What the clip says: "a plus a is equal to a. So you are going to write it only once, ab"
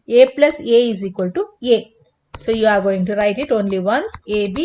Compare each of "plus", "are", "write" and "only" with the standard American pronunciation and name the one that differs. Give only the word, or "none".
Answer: none